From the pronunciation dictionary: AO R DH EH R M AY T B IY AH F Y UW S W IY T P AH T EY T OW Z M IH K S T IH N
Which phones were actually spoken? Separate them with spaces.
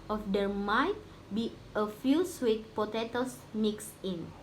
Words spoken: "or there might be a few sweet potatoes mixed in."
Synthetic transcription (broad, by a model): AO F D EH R M AY T B IY AH F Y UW S W IY T P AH T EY T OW S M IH K S IH N